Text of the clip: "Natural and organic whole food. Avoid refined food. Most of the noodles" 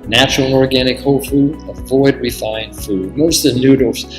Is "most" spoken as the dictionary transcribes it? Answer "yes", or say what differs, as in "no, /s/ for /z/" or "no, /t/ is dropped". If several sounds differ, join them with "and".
no, /s/ is dropped